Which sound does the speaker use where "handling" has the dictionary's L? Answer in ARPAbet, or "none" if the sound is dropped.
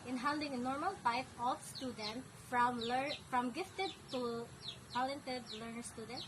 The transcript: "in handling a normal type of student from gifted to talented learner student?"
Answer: none